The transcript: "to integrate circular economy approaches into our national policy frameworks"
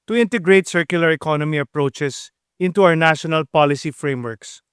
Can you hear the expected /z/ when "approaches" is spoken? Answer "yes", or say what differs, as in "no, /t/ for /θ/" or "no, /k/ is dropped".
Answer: no, /s/ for /z/